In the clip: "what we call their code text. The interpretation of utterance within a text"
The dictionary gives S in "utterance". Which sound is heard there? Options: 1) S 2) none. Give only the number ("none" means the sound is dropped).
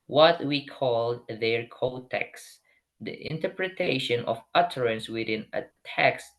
1